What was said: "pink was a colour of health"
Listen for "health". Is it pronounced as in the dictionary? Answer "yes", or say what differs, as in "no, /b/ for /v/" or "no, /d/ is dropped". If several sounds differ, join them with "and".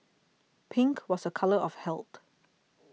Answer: no, /t/ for /θ/